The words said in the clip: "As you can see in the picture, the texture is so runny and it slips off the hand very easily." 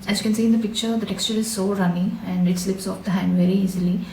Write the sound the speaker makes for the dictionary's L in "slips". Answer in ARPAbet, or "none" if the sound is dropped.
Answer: L